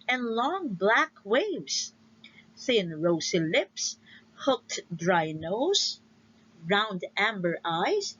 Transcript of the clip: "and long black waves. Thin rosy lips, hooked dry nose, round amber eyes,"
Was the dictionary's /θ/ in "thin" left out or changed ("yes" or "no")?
no